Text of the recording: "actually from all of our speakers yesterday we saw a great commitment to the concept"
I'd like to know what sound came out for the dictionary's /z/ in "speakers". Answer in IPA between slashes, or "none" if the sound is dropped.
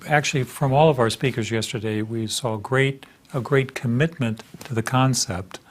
/z/